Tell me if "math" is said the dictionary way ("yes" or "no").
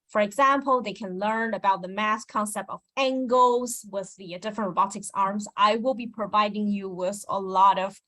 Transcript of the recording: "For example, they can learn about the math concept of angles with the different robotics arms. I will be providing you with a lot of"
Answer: no